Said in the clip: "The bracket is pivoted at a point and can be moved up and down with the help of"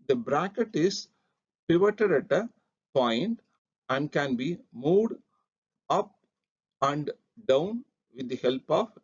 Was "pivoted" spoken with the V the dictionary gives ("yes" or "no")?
yes